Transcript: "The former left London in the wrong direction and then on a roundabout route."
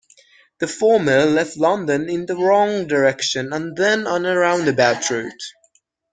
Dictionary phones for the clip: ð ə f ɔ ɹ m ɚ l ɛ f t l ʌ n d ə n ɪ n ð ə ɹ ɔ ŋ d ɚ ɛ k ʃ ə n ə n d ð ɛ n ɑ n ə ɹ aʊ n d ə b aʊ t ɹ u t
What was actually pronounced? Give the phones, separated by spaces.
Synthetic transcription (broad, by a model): ð ə f ɔ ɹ m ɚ l ɛ f t l ʌ n d ə n ɪ n ð ə ɹ ɔ ŋ d ɚ ɛ k ʃ ə n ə n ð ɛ n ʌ n ə ɹ aʊ n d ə b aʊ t ɹ u t